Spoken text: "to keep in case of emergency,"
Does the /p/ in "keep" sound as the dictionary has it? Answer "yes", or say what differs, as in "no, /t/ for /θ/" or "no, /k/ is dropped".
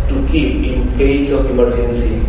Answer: no, /p/ is dropped